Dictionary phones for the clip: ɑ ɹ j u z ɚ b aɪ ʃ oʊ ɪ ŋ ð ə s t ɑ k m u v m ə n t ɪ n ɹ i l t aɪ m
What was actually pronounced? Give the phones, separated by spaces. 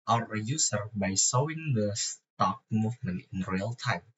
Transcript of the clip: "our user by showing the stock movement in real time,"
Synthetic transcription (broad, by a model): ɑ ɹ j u s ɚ b aɪ s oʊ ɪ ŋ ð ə s t ɑ k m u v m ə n ɪ n ɹ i l t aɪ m